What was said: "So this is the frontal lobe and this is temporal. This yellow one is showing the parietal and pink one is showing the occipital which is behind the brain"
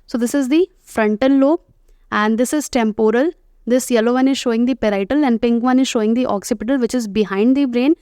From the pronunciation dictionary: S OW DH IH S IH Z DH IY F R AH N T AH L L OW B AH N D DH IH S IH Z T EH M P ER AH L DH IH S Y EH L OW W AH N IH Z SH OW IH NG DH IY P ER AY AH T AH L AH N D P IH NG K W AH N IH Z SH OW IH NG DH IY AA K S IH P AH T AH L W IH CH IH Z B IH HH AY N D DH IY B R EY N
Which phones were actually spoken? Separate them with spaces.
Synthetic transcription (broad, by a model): S OW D IH S IH Z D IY F R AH N T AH N L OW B AH N D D IH S IH Z T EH M P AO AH L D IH S Y EH L OW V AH N IH Z SH OW IH NG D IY P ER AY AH T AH L AH N D P IH NG K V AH N IH Z SH OW IH NG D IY AA K S IH P AH T AH L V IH CH IH Z B IH HH AY N D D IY B R EY N